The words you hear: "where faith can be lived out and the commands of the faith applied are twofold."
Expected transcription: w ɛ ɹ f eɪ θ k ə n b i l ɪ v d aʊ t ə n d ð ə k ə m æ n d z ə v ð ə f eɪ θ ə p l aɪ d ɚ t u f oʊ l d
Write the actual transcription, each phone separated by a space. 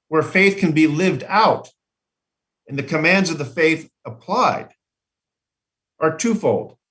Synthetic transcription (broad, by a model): w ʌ ɹ f eɪ θ k ə n b i l ɪ v d aʊ t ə n ð ə k ə m æ n d z ə v ð ə f eɪ θ ə p l aɪ d ɚ t u f oʊ l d